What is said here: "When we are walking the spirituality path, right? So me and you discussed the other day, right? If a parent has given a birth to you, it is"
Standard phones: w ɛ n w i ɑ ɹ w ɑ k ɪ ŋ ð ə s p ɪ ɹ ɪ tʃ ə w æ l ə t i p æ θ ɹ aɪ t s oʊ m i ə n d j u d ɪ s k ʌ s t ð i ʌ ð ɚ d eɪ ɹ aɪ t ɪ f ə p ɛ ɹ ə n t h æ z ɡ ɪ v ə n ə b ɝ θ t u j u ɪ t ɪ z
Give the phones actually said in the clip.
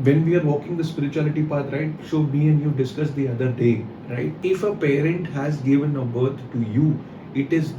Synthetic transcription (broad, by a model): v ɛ n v i ɑ ɹ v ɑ k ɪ ŋ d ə s p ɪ ɹ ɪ tʃ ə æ l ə t i p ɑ t ɹ aɪ t ʃ oʊ m i ə n d j u d ɪ s k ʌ s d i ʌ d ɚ d eɪ ɹ aɪ t ɪ f ə p ɛ ɹ ə n t h æ z ɡ ɪ v ə n ə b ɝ t t u j u ɪ t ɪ z